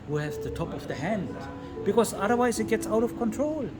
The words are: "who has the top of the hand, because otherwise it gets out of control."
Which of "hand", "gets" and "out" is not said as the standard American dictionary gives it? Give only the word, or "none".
none